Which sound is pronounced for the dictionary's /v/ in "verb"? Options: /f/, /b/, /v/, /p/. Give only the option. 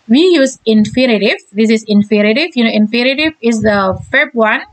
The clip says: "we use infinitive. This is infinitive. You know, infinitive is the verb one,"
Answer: /f/